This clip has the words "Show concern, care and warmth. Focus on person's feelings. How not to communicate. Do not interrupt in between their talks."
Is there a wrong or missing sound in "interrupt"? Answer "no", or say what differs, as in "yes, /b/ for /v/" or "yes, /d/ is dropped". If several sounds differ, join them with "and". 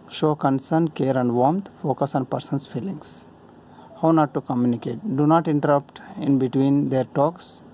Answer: no